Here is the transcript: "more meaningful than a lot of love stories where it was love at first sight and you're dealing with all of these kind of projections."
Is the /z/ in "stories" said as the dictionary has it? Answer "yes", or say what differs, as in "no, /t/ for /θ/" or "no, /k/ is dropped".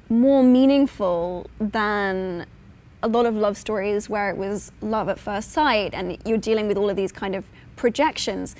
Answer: yes